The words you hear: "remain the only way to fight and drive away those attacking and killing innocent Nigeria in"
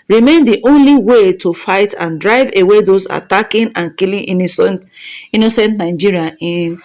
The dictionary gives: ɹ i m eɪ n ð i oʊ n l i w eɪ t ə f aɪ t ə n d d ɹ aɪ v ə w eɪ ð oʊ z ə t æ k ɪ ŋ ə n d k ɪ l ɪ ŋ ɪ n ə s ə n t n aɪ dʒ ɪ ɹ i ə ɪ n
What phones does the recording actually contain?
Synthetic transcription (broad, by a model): ɹ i m eɪ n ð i oʊ n l i w eɪ t ə f aɪ t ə n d d ɹ aɪ v ə w eɪ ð oʊ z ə t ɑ k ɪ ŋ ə n k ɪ l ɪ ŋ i n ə s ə n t n aɪ dʒ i ɹ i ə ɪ n